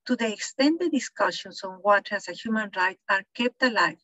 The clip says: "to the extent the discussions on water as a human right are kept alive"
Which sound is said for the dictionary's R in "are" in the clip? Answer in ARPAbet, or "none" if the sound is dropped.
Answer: R